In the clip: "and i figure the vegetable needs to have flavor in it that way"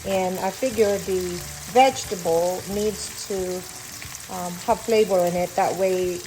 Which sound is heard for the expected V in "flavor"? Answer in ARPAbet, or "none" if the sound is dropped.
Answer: B